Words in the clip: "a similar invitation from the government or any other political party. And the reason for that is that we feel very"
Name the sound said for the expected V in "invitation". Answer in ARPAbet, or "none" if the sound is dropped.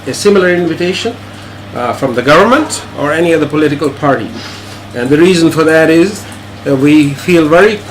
V